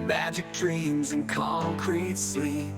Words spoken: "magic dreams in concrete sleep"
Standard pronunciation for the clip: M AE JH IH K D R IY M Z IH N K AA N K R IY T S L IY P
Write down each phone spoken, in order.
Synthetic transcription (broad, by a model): M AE JH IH K D R IY M Z IH N K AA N K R IY T S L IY